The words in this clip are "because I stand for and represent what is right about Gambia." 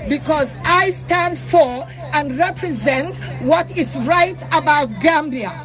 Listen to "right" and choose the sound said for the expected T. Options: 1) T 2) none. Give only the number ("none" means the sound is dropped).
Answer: 1